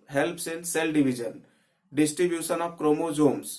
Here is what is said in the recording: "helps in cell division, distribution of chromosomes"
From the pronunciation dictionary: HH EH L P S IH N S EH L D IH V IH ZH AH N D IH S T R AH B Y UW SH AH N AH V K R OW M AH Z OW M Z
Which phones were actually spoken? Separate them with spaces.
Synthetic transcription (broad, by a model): HH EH L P S IH N S EH L D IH B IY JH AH N D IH S T R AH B Y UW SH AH N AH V K R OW M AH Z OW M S